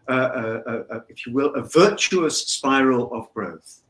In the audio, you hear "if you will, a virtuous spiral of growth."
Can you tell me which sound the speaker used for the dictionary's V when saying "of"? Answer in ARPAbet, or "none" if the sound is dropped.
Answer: V